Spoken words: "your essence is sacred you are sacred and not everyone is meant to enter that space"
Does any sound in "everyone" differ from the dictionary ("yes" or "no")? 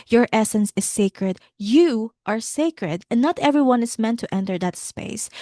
no